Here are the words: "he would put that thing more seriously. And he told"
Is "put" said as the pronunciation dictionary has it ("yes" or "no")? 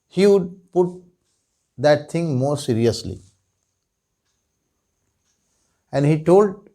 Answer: yes